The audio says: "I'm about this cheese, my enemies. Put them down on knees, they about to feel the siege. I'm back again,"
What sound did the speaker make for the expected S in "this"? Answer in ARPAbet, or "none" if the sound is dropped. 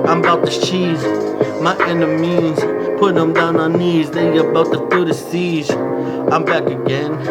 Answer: none